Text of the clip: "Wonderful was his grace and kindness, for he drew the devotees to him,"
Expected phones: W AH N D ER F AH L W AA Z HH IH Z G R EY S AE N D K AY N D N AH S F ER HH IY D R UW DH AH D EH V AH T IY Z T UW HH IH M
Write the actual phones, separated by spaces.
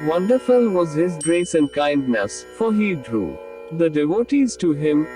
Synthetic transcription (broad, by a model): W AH N D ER F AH L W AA Z HH IH Z G R EY S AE N D K AY N D N AH S F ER HH IY D R UW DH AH D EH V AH T IY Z T UW HH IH M